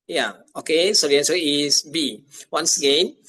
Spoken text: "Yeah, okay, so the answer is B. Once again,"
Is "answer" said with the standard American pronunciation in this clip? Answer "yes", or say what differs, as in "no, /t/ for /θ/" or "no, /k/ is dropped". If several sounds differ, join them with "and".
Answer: no, /n/ is dropped